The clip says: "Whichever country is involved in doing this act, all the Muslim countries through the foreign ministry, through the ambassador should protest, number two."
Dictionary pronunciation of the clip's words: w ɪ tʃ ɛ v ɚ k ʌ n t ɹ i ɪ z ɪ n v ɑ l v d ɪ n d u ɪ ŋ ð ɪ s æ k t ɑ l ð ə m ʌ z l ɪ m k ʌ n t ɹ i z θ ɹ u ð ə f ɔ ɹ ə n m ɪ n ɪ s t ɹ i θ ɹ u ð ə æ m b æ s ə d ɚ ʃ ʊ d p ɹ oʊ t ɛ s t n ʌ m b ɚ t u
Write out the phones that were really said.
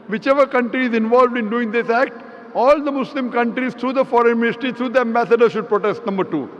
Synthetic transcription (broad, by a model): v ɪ tʃ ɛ v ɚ k ʌ n t ɹ i ɪ z ɪ n v ɑ l v d ɪ n d u ɪ ŋ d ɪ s æ k t ɑ l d ə m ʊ s l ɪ m k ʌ n t ɹ i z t ɹ u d ə f ɔ ɹ ə n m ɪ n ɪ s t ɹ i t ɹ u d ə æ m b æ s ə d ɚ ʃ ʊ d p ɹ oʊ t ɛ s t n ʌ m b ɚ t u